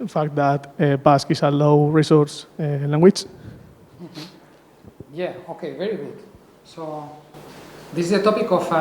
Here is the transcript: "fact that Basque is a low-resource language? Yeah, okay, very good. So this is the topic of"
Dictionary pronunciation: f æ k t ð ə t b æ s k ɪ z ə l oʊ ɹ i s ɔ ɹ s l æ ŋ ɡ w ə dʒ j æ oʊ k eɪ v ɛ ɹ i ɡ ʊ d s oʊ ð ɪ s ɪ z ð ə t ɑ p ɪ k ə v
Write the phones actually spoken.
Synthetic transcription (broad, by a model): f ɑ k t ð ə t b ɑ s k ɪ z ə l oʊ ɹ i s ɔ ɹ s l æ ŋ ɡ w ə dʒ j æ oʊ k eɪ v ɛ ɹ i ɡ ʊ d s oʊ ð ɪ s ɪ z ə t ɑ p ɪ k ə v